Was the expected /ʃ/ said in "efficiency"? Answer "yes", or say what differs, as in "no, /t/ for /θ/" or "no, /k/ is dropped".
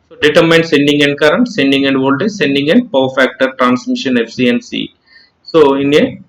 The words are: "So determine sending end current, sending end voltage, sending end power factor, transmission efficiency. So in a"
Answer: no, /ʃ/ is dropped